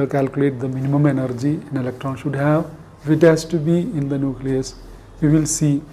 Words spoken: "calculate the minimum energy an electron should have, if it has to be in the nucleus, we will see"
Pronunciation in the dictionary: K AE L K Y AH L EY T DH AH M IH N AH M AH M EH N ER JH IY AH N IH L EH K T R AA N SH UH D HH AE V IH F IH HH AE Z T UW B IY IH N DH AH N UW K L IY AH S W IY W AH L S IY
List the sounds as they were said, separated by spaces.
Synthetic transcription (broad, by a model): K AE L K Y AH L EY T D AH M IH N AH M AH M EH N ER JH IY AH N IH L EH K T R AA N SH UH D HH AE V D IH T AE S T UW B IY IH N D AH N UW K L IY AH S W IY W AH L S IY